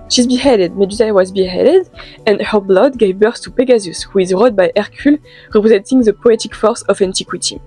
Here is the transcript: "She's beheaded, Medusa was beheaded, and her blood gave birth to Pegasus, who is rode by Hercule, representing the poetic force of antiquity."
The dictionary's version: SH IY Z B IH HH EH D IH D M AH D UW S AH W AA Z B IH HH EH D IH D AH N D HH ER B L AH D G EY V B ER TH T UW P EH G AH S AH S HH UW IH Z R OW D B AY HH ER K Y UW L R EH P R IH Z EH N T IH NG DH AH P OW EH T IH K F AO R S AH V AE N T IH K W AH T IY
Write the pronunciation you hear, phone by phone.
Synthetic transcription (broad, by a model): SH IY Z B IH HH EH D IH D M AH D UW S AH W AA Z B IH HH EH D IH D AH N D HH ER B L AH D G EY V B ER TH T UW P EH G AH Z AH S HH UW IH Z R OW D B AY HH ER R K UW L R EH P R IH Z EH N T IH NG DH AH P OW EH T IH K F AO R S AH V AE N T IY K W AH T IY